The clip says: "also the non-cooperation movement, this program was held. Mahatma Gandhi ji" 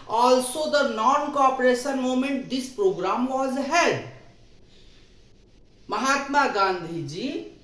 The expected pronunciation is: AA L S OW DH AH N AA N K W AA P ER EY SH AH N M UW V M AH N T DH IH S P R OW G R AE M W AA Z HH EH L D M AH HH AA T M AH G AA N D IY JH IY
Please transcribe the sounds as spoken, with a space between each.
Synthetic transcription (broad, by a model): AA L S OW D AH N AA N K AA P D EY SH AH N M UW M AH N T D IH S P R OW G R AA M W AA Z HH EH D M AH HH AA T M AH G AA N D IY JH IY